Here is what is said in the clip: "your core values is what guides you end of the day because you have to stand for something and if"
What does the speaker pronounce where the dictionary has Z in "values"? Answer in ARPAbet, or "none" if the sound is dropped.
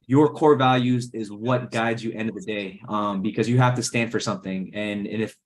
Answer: Z